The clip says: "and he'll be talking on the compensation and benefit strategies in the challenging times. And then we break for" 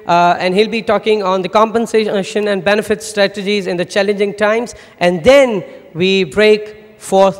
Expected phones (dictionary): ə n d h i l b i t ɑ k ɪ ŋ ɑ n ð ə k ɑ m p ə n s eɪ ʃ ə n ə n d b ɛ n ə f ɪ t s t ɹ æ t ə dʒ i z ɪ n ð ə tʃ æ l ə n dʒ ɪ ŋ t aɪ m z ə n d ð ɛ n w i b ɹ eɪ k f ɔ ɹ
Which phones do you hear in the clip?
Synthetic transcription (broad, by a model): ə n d h i l b i t ɑ k ɪ ŋ ɑ n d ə k ɑ m p ə n s eɪ ʃ ə n ə n d b ɛ n ə f ɪ t s t ɹ æ t ə dʒ i z ɪ n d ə tʃ æ l ə n dʒ ɪ ŋ t aɪ m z ə n d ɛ n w i b ɹ eɪ k f ɔ ɹ